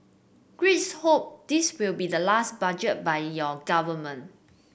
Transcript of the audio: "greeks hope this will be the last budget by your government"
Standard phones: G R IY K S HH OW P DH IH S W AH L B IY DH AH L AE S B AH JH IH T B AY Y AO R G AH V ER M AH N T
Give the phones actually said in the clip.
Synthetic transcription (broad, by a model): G R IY S HH OW P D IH S W AH L B IY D AH L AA S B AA JH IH T B AY Y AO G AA V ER M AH N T